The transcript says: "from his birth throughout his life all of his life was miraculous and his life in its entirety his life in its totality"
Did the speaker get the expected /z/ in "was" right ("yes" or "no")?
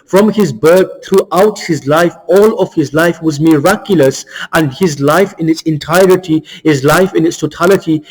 yes